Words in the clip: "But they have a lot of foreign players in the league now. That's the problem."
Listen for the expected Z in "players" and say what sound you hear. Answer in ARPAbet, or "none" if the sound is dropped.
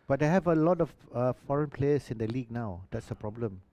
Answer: S